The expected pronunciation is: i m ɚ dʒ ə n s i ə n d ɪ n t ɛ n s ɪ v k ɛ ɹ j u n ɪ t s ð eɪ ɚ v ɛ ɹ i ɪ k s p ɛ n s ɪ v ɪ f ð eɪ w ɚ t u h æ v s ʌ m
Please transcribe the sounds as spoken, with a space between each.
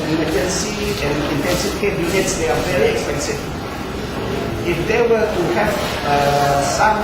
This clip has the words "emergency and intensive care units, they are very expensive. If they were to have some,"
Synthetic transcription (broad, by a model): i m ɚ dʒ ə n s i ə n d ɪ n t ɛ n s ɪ f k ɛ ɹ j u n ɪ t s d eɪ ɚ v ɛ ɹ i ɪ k s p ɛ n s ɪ ɪ f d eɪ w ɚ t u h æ s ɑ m